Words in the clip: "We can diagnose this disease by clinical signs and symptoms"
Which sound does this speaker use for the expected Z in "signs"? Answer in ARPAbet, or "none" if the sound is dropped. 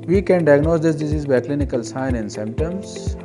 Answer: none